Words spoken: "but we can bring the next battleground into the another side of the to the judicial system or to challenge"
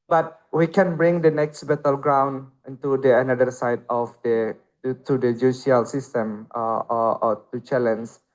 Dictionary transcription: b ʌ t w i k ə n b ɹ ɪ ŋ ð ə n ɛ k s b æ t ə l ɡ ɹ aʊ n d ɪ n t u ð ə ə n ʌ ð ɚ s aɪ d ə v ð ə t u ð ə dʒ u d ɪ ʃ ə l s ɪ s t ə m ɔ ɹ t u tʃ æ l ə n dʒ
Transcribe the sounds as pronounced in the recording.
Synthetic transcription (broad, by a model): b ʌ t w i k ə n b ɹ ɪ ŋ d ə n ɛ k s b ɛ t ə l ɡ ɹ aʊ n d ɪ n t u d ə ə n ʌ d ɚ s aɪ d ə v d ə t u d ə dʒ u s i ə l s ɪ s t ə m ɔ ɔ t u tʃ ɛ l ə n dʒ